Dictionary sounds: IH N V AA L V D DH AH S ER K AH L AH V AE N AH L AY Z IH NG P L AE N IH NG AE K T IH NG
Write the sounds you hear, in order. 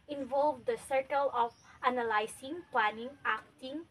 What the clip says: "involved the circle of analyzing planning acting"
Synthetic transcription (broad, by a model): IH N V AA L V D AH S ER K AH L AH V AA N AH L AY S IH NG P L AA N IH NG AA K T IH NG